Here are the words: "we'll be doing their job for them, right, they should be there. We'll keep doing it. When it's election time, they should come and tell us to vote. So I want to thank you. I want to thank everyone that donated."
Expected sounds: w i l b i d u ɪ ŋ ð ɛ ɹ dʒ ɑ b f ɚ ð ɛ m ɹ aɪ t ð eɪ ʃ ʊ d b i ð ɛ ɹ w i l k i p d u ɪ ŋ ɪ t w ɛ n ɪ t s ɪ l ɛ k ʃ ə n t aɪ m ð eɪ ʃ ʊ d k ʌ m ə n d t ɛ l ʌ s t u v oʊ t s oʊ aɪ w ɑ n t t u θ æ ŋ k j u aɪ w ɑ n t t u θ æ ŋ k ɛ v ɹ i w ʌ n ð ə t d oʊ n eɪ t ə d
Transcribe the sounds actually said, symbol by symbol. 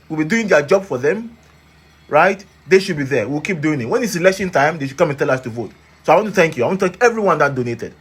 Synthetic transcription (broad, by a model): w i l b i d u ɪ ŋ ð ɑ dʒ ɑ b f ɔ ð ɛ m ɹ aɪ t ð eɪ ʃ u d b i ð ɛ w w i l k i p d u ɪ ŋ ɪ t w ɛ n ɪ t s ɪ l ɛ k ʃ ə n t aɪ m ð eɪ ʃ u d k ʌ m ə n t ɛ l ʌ s t u v oʊ t s oʊ aɪ w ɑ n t t u θ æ ŋ k j u aɪ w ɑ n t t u t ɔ k ɛ v ɹ i w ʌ n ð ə t d oʊ n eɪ t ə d